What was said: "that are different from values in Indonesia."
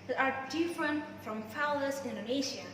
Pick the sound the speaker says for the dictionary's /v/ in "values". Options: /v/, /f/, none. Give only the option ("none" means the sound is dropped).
/f/